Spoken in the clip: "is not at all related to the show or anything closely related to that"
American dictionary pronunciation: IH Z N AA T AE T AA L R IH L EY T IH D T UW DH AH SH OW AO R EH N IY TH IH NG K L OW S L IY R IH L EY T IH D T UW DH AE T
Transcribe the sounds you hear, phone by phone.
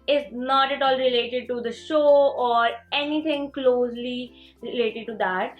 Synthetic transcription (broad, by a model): IH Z N AA T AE T AA L R IH L EY T IH D T UW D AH SH OW AO R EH N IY T IH NG K L OW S L IY R IH L EY T IH D T UW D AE T